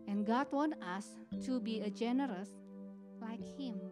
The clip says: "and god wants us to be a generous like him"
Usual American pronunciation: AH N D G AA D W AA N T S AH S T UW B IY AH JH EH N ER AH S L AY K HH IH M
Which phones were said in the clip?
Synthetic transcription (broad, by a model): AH N G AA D W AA N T AH S T UW B IY AH JH EH N ER AH S L AY K HH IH M